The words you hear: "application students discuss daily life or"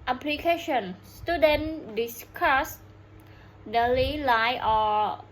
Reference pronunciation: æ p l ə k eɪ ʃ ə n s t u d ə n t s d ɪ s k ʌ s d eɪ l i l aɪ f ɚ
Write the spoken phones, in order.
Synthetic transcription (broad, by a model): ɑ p l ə k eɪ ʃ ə n s t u d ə n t d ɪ s k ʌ s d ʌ l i l aɪ ɔ